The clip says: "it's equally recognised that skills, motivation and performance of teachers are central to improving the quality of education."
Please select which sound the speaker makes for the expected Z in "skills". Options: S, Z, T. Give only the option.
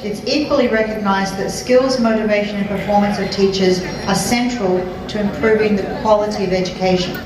Z